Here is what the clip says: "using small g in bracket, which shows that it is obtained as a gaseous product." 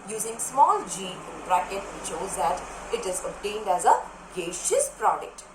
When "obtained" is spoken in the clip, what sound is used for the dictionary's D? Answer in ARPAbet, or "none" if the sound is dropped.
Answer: D